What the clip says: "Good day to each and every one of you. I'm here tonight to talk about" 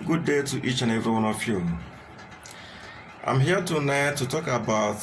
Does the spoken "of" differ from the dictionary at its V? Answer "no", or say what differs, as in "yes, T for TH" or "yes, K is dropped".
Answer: yes, F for V